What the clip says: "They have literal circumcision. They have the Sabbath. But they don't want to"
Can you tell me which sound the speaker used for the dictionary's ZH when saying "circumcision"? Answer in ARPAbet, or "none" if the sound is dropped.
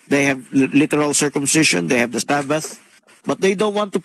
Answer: SH